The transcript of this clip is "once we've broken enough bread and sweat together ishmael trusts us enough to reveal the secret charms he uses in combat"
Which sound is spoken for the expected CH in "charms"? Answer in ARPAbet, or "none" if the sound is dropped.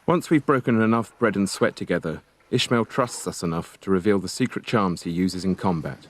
CH